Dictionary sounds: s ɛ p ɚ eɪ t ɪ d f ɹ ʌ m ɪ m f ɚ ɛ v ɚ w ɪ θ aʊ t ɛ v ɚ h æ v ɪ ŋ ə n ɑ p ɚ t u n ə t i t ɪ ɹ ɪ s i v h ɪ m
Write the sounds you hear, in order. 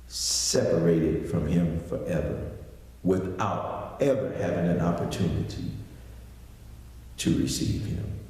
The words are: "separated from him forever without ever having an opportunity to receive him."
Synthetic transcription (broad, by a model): s ɛ p ɚ eɪ t ɪ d f ɹ ʌ m ɪ m f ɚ ɛ v ɚ w ɪ θ aʊ t ɛ v ɚ h æ v ɪ ŋ ə n ɑ p ɚ t u n ə t i t ɪ ɹ ɪ s i v h ɪ m